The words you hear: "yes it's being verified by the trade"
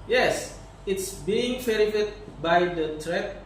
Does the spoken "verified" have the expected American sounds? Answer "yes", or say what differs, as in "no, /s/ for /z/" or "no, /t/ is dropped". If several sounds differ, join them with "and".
no, /f/ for /v/